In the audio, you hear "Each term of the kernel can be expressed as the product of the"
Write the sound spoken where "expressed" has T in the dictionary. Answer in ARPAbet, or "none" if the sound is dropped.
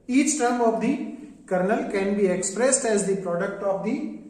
T